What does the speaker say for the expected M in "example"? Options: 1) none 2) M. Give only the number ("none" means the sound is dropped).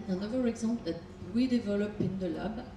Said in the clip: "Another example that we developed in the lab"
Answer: 1